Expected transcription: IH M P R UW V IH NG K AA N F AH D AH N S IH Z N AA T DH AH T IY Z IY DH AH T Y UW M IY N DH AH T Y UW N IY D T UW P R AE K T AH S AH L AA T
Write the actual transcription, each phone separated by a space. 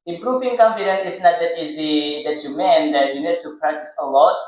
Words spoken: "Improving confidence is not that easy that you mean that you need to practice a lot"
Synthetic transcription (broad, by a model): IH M P R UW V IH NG K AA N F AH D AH N IH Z N AA T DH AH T IY Z IY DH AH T Y UW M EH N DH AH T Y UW N IY D T UW P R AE K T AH S AH L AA T